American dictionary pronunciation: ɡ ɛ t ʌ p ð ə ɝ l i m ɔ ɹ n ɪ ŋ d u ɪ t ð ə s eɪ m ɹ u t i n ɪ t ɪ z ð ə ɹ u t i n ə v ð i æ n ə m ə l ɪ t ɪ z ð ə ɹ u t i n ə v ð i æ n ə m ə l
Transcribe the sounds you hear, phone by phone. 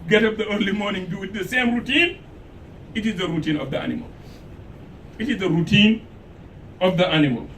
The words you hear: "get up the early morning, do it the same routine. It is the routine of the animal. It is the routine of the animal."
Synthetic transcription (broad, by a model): ɡ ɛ t ʌ p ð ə ɝ l i m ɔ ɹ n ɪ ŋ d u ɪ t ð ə s eɪ m ɹ u t i n ɪ t ɪ z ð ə ɹ u t i n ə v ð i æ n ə m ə l ɪ t ɪ z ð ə ɹ u t i n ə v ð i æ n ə m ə l